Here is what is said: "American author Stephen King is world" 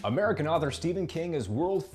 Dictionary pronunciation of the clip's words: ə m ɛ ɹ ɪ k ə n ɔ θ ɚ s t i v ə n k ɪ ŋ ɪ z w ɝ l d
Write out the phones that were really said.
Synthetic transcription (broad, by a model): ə m ɛ ɹ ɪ k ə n ɔ θ ɚ s t i v ə n k ɪ ŋ ɪ z w ɝ l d